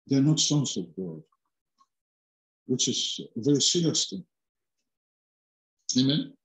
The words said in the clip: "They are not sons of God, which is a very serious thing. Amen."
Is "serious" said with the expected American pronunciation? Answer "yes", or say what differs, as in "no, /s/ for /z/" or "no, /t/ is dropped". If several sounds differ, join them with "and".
no, /l/ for /ɹ/